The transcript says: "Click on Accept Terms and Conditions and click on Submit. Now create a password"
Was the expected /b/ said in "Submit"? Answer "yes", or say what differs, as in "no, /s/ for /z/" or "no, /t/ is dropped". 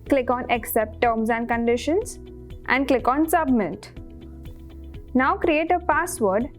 yes